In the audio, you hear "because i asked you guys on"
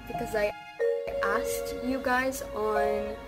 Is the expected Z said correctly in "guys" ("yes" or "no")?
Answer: yes